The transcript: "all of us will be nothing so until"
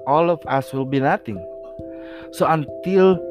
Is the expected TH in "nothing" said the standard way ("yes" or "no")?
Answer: no